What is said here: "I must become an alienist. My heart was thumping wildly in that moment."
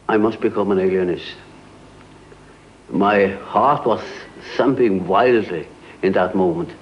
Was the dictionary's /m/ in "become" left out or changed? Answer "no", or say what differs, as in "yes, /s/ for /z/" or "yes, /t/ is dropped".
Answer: no